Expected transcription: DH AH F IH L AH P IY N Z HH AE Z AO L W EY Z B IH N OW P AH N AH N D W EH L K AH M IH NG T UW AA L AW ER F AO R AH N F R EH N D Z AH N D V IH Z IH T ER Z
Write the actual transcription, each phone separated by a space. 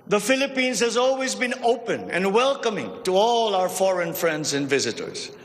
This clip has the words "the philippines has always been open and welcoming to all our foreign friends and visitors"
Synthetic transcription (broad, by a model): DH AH F IH L AH P IY N Z HH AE Z AO L W EY Z B IH N OW P AH N AH N D W EH L K AH M IH NG T UW AA L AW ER F AO R AH N F R EH N D Z AH N D V IH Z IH T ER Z